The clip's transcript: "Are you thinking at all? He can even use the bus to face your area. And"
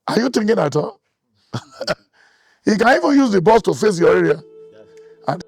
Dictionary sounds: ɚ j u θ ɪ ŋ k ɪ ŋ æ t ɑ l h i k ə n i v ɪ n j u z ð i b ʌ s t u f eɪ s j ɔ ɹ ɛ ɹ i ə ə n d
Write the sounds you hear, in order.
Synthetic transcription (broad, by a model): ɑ j u t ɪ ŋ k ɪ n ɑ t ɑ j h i k ə n i v ɪ n j u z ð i b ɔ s t u f eɪ s j ɔ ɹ ɛ ɹ i ə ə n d